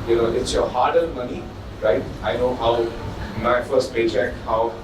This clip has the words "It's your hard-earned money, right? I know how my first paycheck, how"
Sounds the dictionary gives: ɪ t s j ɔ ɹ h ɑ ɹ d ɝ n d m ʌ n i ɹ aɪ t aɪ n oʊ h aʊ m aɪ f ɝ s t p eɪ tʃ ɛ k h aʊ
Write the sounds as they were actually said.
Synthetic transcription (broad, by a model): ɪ t s j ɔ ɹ h ɑ ɹ d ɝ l m ʌ n i ɹ aɪ t aɪ n oʊ h aʊ m aɪ f ɝ s t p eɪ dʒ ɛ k h aʊ